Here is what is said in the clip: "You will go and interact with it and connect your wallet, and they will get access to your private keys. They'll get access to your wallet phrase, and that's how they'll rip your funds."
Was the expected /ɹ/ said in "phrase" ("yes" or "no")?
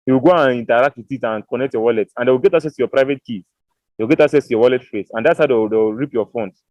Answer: no